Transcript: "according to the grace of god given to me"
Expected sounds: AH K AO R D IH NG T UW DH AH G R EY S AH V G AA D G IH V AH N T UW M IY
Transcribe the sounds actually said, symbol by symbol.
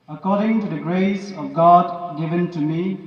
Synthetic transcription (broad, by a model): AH K AO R D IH NG T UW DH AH G R EY S AH V G AA D G IH V AH N T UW M IY